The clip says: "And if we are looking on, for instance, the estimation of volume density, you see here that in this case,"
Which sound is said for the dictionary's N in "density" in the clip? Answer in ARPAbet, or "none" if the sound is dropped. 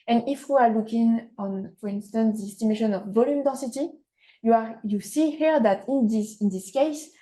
none